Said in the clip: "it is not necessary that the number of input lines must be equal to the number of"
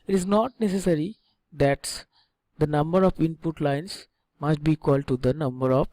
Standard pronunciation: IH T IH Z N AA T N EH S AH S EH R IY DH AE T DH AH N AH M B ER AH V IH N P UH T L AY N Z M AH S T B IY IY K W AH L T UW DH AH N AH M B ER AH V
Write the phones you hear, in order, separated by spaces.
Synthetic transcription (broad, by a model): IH T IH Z N AA T N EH S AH S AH R IY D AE T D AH N AH M B ER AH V IH N P UH T L AY N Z M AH S T B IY IY K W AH L T UW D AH N AH M B ER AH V